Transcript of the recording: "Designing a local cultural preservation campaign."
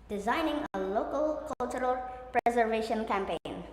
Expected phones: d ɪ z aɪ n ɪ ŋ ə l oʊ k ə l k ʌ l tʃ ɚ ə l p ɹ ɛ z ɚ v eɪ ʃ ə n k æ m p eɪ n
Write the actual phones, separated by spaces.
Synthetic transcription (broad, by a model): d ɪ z aɪ n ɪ ŋ ə l oʊ k ə l k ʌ l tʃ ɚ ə l p ɹ ɛ z ɚ v eɪ ʃ ə n k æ m p eɪ n